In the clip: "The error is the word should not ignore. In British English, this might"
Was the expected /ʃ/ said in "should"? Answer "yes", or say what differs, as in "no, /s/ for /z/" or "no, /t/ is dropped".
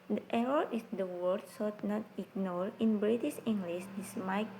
no, /s/ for /ʃ/